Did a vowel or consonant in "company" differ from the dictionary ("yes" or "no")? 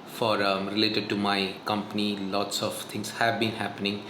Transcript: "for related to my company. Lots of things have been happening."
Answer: no